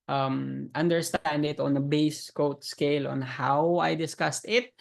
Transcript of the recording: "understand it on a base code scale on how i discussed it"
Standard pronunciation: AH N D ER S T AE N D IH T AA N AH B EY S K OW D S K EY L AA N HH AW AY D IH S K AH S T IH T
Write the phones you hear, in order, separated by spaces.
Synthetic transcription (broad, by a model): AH N D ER S T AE N D IH T AA N AH B EY S K OW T S K EY L AA N HH AW AY D IH S K AH S T IH T